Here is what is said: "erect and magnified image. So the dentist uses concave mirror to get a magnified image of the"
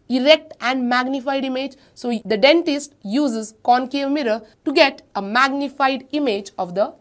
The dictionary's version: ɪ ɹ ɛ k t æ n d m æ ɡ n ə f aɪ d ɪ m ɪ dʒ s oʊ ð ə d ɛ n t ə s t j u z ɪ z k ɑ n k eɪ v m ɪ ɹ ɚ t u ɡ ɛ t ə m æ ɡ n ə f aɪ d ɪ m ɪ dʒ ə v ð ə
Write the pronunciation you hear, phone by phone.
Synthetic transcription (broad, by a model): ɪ ɹ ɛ k t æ n d m æ ɡ n ə f aɪ d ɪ m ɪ dʒ s oʊ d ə d ɛ n t ə s t j u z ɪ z k ɑ n k eɪ v m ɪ ɹ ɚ t u ɡ ɛ t ə m æ ɡ n ə f aɪ d ɪ m ɪ dʒ ə v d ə